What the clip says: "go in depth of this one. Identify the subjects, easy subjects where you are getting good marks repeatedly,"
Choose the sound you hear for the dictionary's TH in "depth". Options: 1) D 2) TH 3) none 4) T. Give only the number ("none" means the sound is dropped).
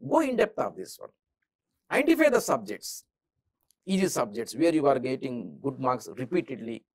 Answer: 4